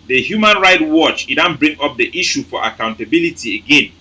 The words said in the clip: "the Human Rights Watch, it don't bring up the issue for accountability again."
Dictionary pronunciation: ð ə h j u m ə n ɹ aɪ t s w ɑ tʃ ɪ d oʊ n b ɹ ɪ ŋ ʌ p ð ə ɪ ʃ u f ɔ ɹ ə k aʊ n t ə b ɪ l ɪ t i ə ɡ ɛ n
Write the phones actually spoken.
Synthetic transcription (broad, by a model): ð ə h j u m ə n ɹ aɪ t w ɑ tʃ ɪ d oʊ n b ɹ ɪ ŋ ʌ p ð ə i ʃ u f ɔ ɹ ə k aʊ n t ə b ɪ l ɪ t i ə ɡ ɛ n